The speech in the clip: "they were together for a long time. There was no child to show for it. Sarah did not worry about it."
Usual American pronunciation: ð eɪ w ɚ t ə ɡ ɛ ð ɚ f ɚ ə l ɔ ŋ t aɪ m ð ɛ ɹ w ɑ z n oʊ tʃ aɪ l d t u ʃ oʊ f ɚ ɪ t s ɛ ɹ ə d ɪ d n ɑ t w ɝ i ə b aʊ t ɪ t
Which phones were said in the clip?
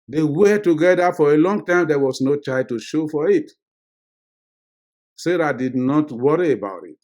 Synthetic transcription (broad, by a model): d eɪ w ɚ t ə ɡ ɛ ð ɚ f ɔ ə l ɔ ŋ t aɪ m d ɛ w ɑ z n oʊ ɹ aɪ d t u ʃ oʊ f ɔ ɪ t s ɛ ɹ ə d ɪ d n ɑ t w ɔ i ə b aʊ t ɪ t